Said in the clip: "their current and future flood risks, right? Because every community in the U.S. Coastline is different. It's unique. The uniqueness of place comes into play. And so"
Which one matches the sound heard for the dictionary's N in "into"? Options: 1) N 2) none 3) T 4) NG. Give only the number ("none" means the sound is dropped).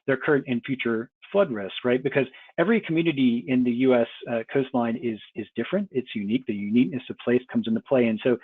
1